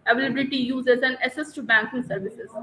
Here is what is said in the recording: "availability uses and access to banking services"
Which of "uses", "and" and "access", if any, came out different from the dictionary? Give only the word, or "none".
access